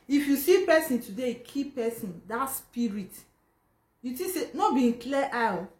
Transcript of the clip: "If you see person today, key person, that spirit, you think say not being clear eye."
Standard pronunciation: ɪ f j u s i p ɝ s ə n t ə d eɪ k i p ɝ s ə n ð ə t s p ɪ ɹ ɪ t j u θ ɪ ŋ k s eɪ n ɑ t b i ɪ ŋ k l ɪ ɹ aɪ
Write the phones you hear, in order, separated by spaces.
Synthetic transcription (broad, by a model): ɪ f j u s i p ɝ s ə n t ə d eɪ k i p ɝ s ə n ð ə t s p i ɹ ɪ t j u t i s eɪ n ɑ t b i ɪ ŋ k l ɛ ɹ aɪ